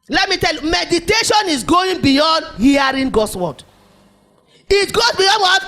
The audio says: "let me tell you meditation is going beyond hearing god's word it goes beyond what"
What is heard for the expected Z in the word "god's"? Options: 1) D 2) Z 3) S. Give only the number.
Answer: 3